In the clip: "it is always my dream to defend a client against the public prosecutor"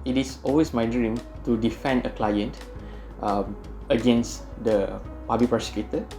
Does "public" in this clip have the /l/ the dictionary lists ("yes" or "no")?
no